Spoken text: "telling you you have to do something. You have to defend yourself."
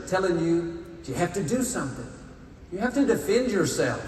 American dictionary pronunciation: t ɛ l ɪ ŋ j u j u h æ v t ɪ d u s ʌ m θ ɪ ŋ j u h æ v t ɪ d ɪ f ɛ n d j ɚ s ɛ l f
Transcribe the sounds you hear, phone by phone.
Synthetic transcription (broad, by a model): t ɛ l ɪ ŋ j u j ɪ h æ f t ɪ d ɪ s ʌ m θ ɪ ŋ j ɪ h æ f t ɪ d ɪ f ɛ n d j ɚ s ɛ l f